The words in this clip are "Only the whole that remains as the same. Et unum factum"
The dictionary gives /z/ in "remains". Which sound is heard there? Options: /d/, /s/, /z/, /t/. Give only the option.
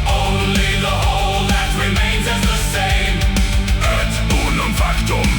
/z/